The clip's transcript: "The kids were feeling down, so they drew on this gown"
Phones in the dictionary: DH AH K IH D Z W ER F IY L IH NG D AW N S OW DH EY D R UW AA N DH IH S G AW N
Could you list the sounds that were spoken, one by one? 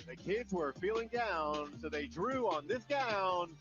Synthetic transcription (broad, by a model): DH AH K IH D Z W ER F IY L IH NG D AW N S OW DH EY D R UW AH N DH IH S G AW N